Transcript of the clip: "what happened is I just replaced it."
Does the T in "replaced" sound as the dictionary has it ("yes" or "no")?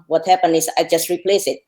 no